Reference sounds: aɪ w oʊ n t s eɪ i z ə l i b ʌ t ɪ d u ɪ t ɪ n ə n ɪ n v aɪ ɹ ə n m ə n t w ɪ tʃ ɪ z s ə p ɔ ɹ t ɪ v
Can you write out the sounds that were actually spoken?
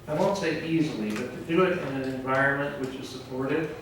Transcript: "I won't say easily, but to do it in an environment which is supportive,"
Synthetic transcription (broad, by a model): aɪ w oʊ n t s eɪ i z l i b ʌ t ɪ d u ɪ t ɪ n ə n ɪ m v aɪ ɹ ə n m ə n t w ɪ tʃ ɪ z s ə p ɔ ɹ t ɪ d